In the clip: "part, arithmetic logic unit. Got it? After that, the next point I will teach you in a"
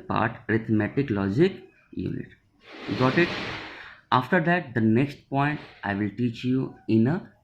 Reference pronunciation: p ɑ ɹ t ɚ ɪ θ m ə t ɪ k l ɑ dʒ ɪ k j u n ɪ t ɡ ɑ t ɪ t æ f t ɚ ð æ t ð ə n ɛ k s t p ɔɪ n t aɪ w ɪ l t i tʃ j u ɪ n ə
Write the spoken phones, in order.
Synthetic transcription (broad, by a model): p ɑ ɹ t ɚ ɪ t m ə t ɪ k l ɑ dʒ ɪ k j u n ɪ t ɡ ɑ t ɪ t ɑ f t ɚ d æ t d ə n ɛ k s t p ɔɪ n t aɪ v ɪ l t i tʃ j u ɪ n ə